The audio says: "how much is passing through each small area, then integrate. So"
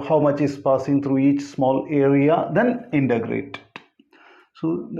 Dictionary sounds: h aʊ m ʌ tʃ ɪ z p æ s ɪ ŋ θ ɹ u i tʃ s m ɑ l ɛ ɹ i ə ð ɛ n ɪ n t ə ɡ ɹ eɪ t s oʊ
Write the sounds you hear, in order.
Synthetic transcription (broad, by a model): h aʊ m ʌ tʃ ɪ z p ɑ s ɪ ŋ t ɹ u i tʃ s m ɑ l ɛ ɹ i ə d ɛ n ɪ n t ə ɡ ɹ eɪ t s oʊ